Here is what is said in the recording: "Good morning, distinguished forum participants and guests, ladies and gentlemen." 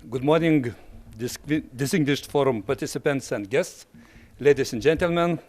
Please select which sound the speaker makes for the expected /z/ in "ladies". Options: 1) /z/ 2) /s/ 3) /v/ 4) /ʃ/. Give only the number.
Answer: 2